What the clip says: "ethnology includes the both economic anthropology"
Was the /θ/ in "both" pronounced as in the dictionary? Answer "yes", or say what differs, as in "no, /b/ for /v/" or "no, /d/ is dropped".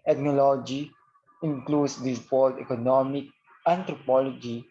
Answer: no, /t/ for /θ/